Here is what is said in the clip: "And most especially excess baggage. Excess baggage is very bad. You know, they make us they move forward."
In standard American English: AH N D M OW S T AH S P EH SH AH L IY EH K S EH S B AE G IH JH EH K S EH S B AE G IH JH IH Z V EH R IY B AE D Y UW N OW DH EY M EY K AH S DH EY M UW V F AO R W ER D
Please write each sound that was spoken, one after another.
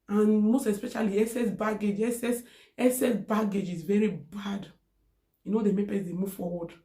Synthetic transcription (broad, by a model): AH N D M OW S T AH S P EH SH AH L IY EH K S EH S B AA G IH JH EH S S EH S B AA G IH JH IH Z V EH R IY B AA D Y UW N OW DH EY M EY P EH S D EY M UW V F AO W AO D